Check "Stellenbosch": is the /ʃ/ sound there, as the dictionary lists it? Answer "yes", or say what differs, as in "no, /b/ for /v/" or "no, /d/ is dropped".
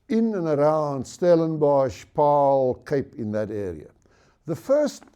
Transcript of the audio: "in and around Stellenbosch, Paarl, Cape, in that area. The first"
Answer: yes